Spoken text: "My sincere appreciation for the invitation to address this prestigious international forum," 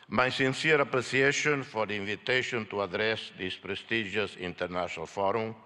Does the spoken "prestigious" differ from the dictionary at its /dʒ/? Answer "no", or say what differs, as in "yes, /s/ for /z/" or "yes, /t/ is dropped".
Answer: yes, /ʒ/ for /dʒ/